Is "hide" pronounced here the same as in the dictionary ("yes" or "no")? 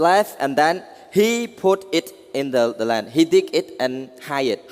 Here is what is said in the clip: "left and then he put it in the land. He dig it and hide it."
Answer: no